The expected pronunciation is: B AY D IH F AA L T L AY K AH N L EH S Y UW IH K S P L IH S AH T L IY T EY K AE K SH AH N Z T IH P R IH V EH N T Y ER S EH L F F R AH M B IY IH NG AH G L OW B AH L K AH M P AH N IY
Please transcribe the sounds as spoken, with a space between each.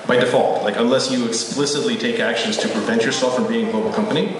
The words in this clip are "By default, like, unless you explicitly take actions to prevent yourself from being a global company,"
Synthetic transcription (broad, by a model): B AY D IH F AA L T L AY K AH N L EH S Y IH IH K S P L IH S AH T L IY T EY K AE K SH AH N Z T IH P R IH V EH N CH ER S EH L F F R AH M B IY IH NG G L OW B L K AH M P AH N IY